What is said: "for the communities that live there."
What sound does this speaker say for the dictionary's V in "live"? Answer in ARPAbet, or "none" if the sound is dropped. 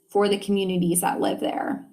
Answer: V